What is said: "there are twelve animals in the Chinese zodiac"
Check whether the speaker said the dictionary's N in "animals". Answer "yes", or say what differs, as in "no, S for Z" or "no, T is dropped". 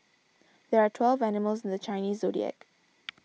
yes